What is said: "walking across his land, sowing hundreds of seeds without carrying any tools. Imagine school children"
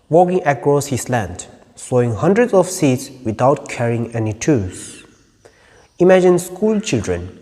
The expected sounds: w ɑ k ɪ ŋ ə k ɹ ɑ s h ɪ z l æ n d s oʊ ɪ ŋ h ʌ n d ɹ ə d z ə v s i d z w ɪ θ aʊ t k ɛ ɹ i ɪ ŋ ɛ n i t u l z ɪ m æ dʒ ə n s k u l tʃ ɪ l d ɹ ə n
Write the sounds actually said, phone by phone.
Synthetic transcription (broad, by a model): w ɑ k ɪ ŋ ə k ɹ ɑ s h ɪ s l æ n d s oʊ ɪ ŋ h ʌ n d ɹ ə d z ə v s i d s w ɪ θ aʊ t k ɛ ɹ i ɪ ŋ ɛ n i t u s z ɪ m æ dʒ ə n s k u l tʃ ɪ l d ɹ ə n